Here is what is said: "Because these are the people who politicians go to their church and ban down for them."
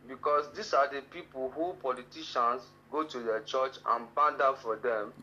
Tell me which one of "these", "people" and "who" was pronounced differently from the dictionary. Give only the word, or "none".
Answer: these